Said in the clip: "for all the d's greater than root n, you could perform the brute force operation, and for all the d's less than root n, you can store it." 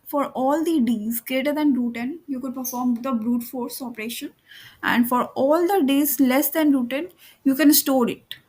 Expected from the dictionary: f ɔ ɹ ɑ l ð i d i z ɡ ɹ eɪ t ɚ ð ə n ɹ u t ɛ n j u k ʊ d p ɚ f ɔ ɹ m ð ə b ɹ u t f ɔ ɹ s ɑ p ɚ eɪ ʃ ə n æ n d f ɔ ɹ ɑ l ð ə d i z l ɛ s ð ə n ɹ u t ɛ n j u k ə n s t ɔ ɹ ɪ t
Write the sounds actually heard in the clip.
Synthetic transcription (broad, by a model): f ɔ ɹ ɑ l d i d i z ɡ ɹ eɪ t ɚ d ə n ɹ u t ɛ n j u k ʊ d p ɚ f ɔ ɹ m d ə b ɹ u t f ɔ ɹ s ɑ p ɚ eɪ ʃ ə n æ n d f ɔ ɹ ɑ l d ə d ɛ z l ɛ s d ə n ɹ u t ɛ n j u k ə n s t ɔ ɹ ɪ t